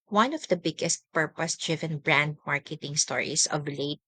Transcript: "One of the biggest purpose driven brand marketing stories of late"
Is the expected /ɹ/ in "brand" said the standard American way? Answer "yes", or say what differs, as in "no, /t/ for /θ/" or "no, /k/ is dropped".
yes